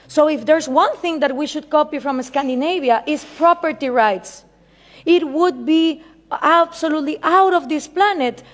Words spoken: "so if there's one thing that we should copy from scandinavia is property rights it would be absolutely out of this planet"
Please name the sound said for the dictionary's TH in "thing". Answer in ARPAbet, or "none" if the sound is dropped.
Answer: TH